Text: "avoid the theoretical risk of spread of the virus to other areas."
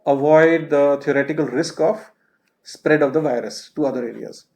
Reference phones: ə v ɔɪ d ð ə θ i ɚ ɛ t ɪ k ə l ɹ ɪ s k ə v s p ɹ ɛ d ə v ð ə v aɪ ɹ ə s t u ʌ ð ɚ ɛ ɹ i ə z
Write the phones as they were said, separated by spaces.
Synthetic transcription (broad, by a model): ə v ɔɪ d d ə t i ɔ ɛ t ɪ k ə l ɹ ɪ s k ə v s p ɹ ɛ d ə v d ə v aɪ ɹ ə s t u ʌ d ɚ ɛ ɹ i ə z